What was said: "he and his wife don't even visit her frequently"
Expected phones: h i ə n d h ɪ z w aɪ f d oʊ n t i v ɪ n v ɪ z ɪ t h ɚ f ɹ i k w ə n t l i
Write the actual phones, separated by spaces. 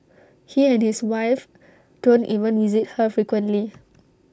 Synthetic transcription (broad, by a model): h i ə n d h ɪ s w aɪ f d oʊ n t i v ɪ n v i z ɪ t h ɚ f ɹ i k w ə n t l i